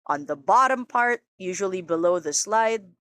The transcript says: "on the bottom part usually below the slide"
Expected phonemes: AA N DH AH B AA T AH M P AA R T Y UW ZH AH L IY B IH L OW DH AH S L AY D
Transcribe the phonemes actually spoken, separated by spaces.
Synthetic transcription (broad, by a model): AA N DH AH B AA T AH M P AA R T Y UW ZH AH L IY B IH L OW DH AH S L AY D